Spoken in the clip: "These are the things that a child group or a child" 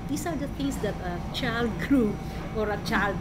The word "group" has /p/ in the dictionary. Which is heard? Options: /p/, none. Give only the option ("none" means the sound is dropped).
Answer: none